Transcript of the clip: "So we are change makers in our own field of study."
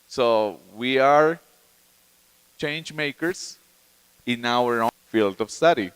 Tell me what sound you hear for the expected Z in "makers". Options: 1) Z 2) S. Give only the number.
2